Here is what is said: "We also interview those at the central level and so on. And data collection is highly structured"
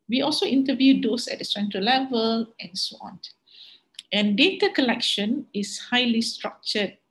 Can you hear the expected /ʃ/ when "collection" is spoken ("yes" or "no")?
yes